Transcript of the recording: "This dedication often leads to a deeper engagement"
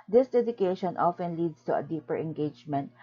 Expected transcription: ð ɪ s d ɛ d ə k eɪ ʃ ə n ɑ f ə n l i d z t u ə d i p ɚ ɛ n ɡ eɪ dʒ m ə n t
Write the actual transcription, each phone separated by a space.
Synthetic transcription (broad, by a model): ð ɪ s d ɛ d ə k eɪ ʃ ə n ɑ f ə n l i d s t u ə d i p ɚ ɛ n ɡ eɪ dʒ m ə n t